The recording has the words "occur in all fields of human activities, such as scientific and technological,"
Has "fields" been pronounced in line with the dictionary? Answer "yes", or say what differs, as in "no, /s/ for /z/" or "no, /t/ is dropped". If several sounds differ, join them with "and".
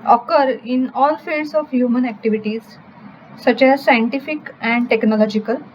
no, /l/ is dropped and /s/ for /z/